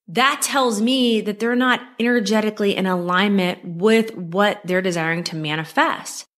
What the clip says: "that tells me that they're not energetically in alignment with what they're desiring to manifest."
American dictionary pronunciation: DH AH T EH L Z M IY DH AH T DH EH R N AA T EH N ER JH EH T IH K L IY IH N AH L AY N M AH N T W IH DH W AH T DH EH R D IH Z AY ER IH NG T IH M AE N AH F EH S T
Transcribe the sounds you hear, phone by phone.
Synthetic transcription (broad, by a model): DH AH T EH L Z M IY DH AH T DH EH R N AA T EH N ER JH EH T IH K L IY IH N AH L AY N M AH N T W IH DH W AH T DH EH R D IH Z AY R IH NG T IH M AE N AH F EH S T